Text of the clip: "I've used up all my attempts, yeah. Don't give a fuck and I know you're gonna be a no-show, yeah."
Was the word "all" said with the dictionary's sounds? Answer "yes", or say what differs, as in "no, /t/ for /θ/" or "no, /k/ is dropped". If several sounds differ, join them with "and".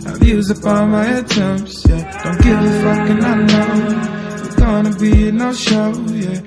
no, /n/ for /l/